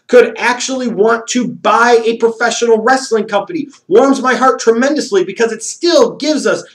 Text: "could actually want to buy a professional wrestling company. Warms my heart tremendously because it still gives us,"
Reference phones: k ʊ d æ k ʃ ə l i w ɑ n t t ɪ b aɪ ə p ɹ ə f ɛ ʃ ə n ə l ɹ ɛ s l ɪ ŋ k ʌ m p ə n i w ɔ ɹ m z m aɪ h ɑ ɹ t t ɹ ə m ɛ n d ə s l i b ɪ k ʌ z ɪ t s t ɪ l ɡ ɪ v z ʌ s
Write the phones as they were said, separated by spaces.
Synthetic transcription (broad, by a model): k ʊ d æ k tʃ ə l i w ɑ n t t ɪ b aɪ ə p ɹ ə f ɛ ʃ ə n l ɹ ɛ s l ɪ ŋ k ʌ m p ə n i w ɔ ɹ m z m aɪ h ɑ ɹ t t ɹ ə m ɛ n d ə s l i b ɪ k ʌ z ɪ t s t ɪ l ɡ ɪ v z ʌ s